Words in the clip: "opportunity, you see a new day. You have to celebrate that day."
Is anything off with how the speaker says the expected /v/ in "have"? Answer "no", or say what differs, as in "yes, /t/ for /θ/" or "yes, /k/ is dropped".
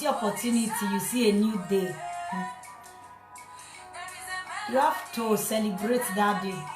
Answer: yes, /f/ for /v/